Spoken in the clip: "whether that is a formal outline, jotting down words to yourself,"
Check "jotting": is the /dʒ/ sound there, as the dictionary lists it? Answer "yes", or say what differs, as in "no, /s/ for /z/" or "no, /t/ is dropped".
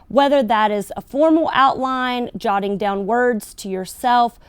yes